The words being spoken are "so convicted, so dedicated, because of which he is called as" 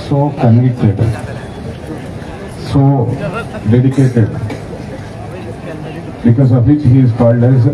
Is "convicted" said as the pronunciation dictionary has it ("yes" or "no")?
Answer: no